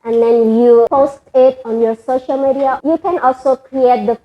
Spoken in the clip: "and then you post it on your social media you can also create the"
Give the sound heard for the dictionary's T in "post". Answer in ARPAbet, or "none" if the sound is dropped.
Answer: T